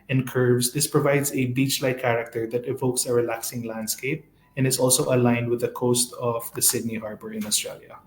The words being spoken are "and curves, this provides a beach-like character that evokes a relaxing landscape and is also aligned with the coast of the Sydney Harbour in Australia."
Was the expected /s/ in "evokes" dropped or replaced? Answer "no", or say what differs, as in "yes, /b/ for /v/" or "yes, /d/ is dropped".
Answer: no